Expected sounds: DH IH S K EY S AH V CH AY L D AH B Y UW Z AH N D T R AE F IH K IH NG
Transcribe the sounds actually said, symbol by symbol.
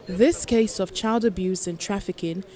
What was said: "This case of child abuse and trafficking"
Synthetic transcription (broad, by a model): DH IH S K EY S AH V CH AY L D AH B Y UW Z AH N T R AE F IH K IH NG